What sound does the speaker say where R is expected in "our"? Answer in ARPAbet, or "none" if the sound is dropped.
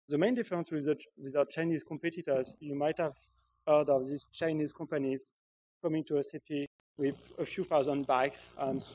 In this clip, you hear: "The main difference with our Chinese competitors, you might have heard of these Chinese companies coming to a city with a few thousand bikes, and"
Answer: W